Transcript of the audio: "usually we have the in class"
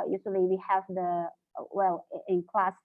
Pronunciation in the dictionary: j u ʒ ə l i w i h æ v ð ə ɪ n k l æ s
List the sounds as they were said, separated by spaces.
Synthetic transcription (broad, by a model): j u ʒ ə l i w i h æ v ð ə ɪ l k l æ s